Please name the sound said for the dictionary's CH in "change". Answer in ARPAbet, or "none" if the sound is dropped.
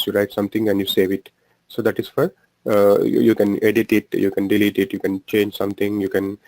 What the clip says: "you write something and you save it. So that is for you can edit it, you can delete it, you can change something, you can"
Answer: CH